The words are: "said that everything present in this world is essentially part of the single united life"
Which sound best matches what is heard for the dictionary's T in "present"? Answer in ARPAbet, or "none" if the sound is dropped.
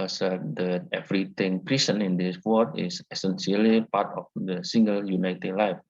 none